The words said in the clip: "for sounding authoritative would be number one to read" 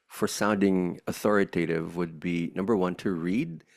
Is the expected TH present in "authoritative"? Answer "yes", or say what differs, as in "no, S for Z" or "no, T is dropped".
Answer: yes